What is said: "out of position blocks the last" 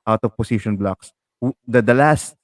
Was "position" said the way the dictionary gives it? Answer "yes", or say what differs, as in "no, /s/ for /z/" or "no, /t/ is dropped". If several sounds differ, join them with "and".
no, /s/ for /z/